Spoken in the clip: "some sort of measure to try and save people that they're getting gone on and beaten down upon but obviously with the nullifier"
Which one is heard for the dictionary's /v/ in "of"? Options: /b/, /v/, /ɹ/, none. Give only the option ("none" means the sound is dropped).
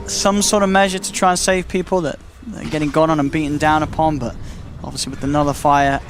/v/